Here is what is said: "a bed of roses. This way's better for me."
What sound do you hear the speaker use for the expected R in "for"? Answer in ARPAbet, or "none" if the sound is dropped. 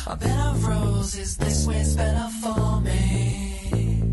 L